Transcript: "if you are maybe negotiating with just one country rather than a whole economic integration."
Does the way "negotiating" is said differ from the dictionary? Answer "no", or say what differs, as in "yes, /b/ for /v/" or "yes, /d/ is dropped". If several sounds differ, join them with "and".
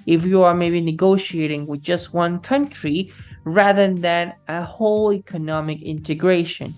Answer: no